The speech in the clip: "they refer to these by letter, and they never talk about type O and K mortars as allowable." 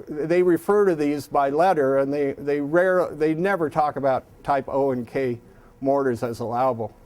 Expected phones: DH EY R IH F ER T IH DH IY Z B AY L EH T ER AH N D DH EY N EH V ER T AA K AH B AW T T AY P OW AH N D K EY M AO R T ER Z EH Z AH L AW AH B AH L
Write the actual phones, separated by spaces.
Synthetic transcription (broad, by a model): DH EY R IH F ER T IH DH IY Z B AY L EH T ER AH N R DH EY N EH V ER T AA K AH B AW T T AY P OW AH N K EY M AO R T ER Z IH Z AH L AW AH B L